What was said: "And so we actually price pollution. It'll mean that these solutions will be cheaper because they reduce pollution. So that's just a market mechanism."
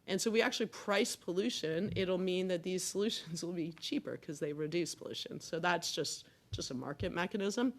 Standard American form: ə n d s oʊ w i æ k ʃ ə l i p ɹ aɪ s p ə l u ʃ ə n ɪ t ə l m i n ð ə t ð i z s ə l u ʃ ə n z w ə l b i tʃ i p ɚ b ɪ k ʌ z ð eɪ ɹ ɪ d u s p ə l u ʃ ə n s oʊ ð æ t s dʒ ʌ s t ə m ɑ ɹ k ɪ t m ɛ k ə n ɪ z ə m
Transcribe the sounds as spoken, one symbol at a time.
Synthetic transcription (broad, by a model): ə n s oʊ w i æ k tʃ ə l i p ɹ aɪ s p ə l u ʃ ə n ɪ t l m i n ð ə t ð i z s ə l u ʃ ə n z w ə l b i tʃ i p ɚ k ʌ z ð eɪ ɹ ɪ d u s p ə l u ʃ ə n s oʊ ð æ t s dʒ ʌ s t ə m ɑ ɹ k ɪ t m ɛ k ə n ɪ z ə m